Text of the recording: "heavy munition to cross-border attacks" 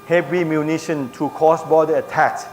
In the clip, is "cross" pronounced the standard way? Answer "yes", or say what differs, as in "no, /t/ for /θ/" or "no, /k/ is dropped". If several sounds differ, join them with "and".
no, /ɹ/ is dropped